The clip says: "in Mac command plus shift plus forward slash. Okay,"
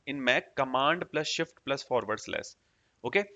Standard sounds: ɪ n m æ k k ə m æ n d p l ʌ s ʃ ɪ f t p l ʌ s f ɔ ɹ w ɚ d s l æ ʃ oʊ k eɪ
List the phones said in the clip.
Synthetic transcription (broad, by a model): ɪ n m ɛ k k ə m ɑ n d p l ʌ s ʃ ɪ f t p l ʌ s f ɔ ɹ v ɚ d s l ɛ s oʊ k eɪ